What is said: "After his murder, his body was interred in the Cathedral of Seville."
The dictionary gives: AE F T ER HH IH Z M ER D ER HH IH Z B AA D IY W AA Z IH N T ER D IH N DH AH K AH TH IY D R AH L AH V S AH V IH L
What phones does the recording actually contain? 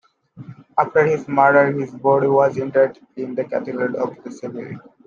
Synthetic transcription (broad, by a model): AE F T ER HH IH Z M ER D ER HH IH Z B AA D IY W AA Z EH N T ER D IH N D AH K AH T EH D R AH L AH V S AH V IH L